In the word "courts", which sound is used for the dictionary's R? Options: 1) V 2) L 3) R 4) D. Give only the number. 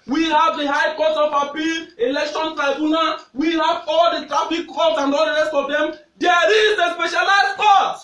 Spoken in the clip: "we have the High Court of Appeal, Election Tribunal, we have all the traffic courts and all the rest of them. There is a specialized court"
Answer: 2